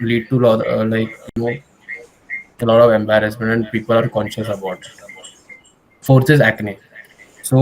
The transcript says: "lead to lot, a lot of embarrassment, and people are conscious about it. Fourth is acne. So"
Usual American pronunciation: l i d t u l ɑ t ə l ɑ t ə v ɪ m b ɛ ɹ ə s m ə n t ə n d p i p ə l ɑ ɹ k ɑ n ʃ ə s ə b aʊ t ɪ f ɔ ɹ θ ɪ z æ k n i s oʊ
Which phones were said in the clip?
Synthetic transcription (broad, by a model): l i d t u l ɑ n ə l ɑ t ə v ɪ m b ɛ ɹ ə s m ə n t ə n d p i p ə l ɑ ɹ k ɑ n ʃ ə s ə b aʊ t f ɔ ɹ s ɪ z æ k n i s oʊ